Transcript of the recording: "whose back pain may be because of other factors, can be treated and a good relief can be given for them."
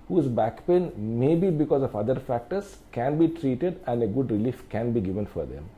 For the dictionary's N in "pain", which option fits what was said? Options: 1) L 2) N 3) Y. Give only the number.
2